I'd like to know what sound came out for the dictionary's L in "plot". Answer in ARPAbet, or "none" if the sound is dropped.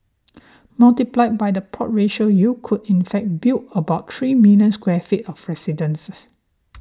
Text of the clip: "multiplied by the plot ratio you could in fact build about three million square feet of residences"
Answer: none